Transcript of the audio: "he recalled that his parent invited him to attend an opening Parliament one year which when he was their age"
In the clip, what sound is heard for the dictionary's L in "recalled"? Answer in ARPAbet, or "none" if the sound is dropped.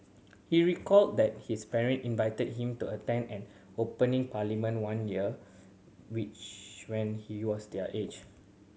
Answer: L